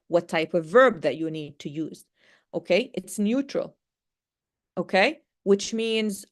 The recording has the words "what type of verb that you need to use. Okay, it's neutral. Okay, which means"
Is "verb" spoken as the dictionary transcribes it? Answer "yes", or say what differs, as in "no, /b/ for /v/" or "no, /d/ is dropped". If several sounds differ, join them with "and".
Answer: yes